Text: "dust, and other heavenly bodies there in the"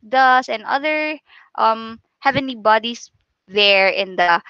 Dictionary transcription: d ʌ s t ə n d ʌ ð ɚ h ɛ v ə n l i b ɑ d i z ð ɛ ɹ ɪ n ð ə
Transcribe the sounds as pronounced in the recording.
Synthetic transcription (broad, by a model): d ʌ s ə n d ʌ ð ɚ h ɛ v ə n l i b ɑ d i s ð ɛ ɹ ɪ n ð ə